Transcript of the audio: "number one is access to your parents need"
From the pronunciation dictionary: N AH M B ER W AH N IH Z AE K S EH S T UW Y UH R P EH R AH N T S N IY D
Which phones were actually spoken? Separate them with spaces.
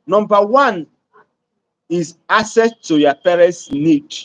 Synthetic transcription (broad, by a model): N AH M B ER W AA N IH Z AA S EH T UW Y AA P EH R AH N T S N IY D